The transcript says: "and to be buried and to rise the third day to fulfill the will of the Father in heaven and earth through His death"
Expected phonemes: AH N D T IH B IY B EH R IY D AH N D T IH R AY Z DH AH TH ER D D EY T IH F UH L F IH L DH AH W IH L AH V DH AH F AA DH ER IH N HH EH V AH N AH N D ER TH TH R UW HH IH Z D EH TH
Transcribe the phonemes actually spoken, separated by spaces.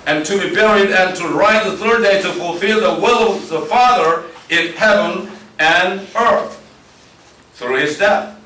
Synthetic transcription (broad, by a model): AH N T IH B IY B EH R IY D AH N T IH R AY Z DH AH TH ER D D EY T IH F UH L F IH L DH AH W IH L AH V DH AH F AA DH ER IH N HH EH V AH N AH N ER TH TH R UW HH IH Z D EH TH